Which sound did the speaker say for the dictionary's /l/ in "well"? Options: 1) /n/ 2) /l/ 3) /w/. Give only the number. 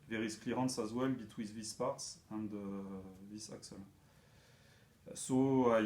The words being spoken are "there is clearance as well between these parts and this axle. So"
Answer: 2